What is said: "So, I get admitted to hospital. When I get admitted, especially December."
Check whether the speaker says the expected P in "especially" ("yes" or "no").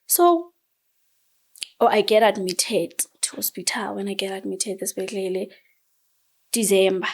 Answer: no